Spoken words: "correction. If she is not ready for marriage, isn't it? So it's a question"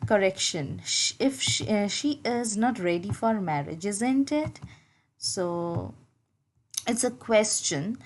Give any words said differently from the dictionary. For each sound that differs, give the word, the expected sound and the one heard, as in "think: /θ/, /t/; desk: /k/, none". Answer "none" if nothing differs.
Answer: none